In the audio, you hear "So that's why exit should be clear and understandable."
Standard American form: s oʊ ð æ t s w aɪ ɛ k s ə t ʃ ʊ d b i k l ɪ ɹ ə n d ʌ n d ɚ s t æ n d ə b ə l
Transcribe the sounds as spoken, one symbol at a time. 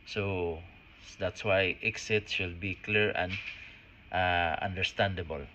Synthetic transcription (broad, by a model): s oʊ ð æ t s w aɪ ɛ k s ə t s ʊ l b i k l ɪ ɹ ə n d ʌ n d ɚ s t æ n d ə b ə l